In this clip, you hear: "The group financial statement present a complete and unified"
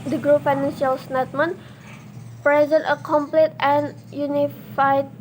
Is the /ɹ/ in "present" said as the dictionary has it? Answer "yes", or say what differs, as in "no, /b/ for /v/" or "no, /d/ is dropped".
yes